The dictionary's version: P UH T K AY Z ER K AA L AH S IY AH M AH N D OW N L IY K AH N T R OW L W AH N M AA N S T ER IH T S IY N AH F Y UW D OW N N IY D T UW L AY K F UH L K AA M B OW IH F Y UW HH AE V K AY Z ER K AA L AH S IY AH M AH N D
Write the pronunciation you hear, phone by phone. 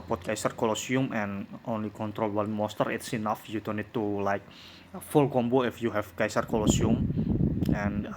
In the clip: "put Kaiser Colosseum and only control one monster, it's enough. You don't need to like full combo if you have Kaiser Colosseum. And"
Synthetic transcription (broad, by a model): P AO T K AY S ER K AA L AH S IY AH M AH N OW N L IY K AH N T R OW L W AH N M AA S T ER IH T S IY N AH F Y UW D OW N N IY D T UW L AY K F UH L K AA M B OW IH F Y UW HH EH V K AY S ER K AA L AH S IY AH M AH N